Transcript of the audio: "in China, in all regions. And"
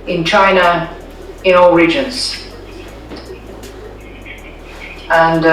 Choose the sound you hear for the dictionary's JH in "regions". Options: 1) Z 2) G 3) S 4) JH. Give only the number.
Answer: 4